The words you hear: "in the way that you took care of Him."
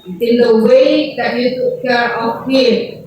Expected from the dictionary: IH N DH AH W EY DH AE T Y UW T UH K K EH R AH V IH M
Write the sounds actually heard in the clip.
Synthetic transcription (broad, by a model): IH N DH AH W EY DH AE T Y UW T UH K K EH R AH P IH